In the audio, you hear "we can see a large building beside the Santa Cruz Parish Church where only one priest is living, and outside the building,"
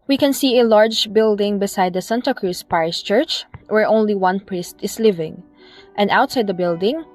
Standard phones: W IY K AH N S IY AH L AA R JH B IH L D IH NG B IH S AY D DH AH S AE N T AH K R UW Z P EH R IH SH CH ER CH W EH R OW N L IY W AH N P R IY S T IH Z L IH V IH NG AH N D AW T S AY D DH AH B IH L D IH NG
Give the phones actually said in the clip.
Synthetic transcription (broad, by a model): W IY K AH N S IY AH L AA R JH B IH L D IH NG B IH S AY D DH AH S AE N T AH K R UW S P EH R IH S CH ER CH W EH R OW N L IY W AH N P R IY S T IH S L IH V IH NG AH N D AW T S AY D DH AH B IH L D IH NG